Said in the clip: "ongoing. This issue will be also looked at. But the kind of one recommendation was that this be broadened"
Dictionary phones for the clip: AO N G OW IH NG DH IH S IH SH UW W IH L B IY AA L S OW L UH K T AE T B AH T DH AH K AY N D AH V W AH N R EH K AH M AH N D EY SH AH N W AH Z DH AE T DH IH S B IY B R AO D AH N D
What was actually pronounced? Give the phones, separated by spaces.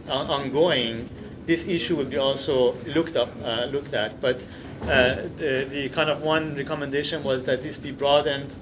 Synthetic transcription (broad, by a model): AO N G OW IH NG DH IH S IH SH UW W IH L B IY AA L S OW L UH K T AE T B AH T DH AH K AY N D AH V W AH N R EH K AH M AH N D EY SH AH N W AH Z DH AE T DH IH S B IY B R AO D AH N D